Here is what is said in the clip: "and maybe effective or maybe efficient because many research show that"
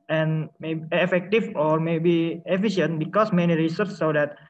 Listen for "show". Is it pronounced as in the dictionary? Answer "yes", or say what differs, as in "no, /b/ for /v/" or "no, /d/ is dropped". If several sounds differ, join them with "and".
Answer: no, /s/ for /ʃ/